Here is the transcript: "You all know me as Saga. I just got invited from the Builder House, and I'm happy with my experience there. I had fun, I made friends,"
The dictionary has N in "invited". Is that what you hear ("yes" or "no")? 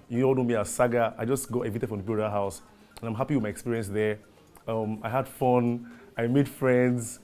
no